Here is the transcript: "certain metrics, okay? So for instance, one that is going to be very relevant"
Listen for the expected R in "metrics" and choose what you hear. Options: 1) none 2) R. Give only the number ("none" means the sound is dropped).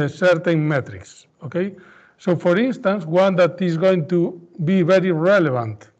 2